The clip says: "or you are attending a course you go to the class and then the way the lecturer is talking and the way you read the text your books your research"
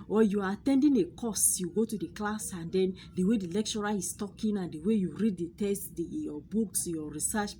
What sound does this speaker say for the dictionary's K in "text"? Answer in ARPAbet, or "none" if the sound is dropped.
none